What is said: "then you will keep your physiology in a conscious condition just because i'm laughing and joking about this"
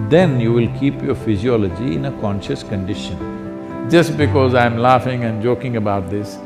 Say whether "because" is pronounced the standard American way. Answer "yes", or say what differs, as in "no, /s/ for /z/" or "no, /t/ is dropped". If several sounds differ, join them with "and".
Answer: yes